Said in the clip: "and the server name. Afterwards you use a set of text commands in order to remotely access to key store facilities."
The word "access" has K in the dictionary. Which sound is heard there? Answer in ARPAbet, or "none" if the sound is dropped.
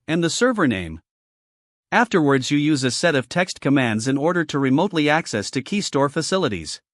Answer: K